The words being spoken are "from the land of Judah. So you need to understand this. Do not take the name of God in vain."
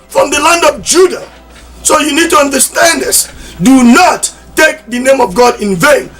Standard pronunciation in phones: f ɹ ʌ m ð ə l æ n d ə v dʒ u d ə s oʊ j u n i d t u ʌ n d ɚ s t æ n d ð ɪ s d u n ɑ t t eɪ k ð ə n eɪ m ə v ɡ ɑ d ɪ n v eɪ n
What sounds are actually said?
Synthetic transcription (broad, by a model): f ɹ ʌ m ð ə l æ n d ə v dʒ u d ə s oʊ j u n i d t u ʌ n d ɚ s t æ n d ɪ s d u n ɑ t t eɪ k ð ə n eɪ m ə v ɡ ɑ d ɪ n v eɪ n